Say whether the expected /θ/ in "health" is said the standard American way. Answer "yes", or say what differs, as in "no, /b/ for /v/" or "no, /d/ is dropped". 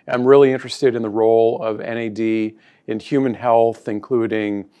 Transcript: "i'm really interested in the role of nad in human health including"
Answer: yes